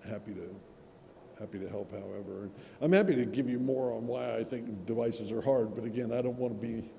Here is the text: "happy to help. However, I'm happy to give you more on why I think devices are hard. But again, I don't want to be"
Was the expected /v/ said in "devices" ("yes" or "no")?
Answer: yes